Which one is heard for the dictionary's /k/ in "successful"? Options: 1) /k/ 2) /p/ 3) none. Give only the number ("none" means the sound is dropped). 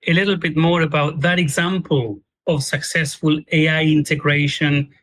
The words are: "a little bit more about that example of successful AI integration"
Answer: 1